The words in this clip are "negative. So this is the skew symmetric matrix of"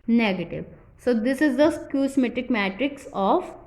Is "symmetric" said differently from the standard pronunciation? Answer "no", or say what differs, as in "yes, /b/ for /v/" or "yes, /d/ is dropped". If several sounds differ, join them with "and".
yes, /ɹ/ is dropped